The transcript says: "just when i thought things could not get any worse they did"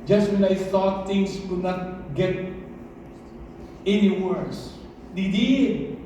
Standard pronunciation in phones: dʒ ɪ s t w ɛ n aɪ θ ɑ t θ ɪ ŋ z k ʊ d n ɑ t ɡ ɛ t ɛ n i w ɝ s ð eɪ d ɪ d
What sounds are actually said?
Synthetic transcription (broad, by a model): dʒ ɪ s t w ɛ n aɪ t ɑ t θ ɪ ŋ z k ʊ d n ɑ t ɡ ɛ t ɛ n i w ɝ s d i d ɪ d